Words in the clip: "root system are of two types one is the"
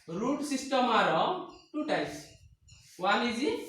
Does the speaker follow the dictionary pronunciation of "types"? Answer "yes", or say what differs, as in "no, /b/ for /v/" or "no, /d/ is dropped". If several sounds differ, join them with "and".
no, /p/ is dropped